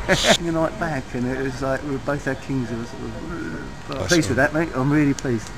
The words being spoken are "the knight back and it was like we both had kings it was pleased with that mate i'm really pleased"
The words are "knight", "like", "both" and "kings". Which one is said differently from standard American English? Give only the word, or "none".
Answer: none